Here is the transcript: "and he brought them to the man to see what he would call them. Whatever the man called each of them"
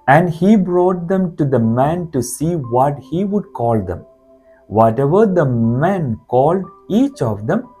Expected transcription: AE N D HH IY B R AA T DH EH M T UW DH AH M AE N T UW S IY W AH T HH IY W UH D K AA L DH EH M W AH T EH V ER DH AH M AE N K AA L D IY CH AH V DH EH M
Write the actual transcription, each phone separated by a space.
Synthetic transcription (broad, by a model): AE N D HH IY B R AA T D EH M T UW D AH M AE N T UW S IY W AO T HH IY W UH D K AA L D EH M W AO T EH V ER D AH M AE N K AA L D IY CH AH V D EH M